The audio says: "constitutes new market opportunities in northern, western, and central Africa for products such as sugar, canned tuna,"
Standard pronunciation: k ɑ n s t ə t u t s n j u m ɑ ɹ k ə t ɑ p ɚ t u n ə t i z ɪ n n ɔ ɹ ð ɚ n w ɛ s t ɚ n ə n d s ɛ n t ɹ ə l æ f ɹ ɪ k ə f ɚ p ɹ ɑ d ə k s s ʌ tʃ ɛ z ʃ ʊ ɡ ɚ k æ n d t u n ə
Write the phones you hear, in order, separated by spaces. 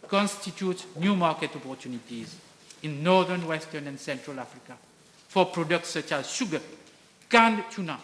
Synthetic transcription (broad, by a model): k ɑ n s t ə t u t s n j u m ɑ ɹ k ə t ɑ p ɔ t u n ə t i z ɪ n n ɔ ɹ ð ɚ n w ɛ s t ɚ n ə n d s ɛ n t ɹ ə l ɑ f ɹ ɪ k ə f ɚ p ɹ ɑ d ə k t s ʌ tʃ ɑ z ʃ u ɡ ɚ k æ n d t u n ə